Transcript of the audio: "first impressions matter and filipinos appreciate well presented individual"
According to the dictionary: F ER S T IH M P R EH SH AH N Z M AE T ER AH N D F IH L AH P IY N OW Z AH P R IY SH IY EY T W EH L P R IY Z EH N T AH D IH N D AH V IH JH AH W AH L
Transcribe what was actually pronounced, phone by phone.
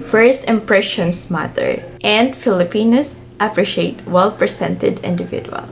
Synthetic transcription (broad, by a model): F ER S T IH M P R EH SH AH N S M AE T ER AH N D F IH L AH P IY N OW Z AH P R IY SH IY EY T W EH L P R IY S EH N T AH D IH N D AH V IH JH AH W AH L